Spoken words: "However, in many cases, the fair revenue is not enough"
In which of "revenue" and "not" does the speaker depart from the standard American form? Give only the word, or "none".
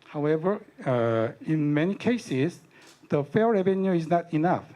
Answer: none